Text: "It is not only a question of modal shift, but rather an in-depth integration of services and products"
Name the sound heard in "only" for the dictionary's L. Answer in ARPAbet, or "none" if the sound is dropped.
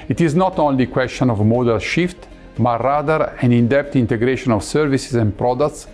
L